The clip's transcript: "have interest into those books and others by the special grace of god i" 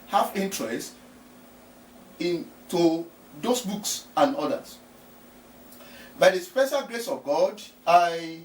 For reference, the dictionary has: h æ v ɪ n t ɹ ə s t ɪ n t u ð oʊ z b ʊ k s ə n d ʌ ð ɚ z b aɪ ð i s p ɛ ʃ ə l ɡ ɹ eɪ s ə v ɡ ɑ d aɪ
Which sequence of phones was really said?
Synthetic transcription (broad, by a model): h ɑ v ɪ n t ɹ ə s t ɪ n t u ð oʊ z b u k s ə n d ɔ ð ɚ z b aɪ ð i s p ɛ ʃ ə l ɡ ɹ eɪ s ə v ɡ ɑ d aɪ